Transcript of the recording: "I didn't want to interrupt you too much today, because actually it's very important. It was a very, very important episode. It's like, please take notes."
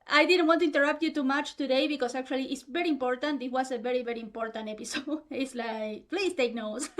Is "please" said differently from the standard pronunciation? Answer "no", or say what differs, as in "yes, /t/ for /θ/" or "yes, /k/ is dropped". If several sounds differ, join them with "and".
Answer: yes, /s/ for /z/